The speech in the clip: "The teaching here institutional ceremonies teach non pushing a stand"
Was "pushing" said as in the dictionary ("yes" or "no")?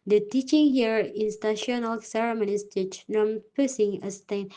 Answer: no